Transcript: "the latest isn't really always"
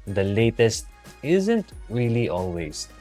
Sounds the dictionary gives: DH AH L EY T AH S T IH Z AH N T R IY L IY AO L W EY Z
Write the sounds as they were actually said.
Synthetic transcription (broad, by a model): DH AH L EY T AH S T IH Z AH N T R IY L IY AO L W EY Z